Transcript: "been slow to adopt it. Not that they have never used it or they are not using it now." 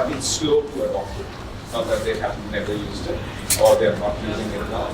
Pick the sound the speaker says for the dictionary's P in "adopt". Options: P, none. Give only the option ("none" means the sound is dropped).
none